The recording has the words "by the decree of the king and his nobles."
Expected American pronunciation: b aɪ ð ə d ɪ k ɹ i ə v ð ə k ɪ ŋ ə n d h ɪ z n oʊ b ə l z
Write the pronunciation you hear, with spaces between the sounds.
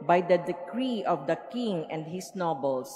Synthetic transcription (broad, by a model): b aɪ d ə d ɪ k ɹ i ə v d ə k ɪ ŋ ə n d h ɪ s n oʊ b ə l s